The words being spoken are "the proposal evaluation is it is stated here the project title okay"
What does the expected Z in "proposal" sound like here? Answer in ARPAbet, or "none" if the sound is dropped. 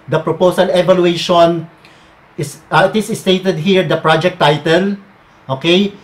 S